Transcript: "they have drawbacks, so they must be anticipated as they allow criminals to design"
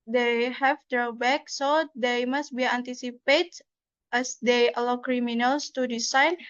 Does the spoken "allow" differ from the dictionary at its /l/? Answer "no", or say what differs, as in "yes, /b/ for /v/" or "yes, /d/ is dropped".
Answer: no